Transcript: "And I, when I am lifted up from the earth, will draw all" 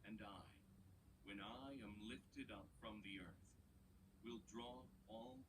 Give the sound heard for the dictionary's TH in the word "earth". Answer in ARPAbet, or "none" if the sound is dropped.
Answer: TH